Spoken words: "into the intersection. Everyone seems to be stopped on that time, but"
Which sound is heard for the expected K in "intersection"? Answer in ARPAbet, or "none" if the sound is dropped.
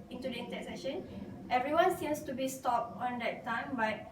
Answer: none